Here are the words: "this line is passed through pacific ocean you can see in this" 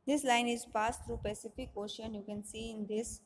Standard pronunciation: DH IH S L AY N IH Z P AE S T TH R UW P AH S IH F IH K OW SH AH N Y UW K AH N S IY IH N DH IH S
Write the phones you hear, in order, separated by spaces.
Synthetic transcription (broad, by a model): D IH S L AY N IH Z P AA S T T R UW P AH S IH F IH K OW SH AH N Y UW K AH N S IY IH N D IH S